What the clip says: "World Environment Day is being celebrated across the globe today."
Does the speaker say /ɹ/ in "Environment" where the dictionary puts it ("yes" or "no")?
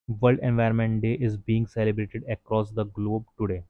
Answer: no